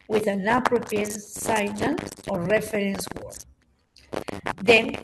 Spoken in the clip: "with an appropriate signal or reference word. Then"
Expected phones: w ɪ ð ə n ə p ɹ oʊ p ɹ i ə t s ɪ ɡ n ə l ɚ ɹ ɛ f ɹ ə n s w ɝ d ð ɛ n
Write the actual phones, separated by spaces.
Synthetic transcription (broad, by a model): w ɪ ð ə n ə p ɹ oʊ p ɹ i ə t s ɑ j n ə n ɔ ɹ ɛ f ɹ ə n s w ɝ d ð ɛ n